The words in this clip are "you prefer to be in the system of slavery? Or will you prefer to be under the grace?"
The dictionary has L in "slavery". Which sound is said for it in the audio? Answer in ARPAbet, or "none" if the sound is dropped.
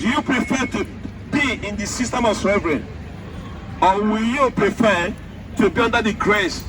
none